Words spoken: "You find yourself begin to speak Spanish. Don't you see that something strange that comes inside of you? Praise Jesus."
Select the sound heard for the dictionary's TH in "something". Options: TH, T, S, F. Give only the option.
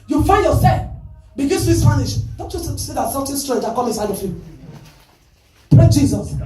T